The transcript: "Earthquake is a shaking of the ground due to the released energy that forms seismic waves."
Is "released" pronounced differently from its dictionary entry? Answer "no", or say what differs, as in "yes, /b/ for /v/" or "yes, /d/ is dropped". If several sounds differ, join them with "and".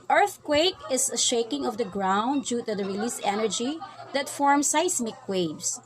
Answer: yes, /t/ is dropped